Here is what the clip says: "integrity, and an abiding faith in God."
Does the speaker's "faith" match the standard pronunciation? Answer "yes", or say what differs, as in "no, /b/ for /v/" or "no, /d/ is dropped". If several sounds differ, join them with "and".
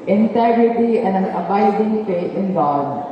no, /t/ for /θ/